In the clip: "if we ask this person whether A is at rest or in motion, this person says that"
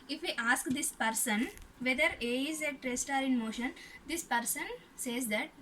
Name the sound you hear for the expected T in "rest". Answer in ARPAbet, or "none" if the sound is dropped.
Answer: T